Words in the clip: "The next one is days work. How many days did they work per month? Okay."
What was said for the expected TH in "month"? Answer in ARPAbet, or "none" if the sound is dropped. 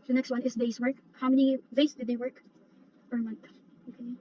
TH